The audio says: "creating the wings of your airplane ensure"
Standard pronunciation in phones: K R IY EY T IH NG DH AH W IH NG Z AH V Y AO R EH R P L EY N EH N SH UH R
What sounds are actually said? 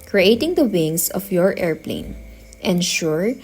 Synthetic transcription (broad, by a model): K R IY EY T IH NG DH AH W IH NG S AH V Y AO R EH R P L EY N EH N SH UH R